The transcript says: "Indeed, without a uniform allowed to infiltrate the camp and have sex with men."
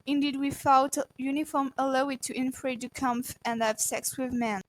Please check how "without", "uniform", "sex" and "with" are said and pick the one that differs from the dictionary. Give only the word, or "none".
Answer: without